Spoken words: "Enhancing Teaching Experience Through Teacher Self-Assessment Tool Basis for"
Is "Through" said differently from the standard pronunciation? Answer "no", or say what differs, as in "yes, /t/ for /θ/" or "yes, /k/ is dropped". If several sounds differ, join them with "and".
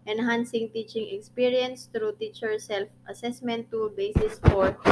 yes, /t/ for /θ/